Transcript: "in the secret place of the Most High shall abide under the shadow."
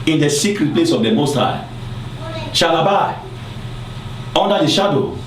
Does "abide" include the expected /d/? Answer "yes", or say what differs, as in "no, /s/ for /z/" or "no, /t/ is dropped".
no, /d/ is dropped